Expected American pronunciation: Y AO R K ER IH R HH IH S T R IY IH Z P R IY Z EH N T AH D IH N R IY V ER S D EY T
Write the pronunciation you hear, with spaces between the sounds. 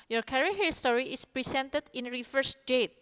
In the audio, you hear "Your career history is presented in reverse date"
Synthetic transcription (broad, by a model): Y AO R K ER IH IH S T R IY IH S P R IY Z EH N T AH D IH N R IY F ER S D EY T